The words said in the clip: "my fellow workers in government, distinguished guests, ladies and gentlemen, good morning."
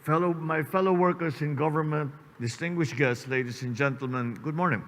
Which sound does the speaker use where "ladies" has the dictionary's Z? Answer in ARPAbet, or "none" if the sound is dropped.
S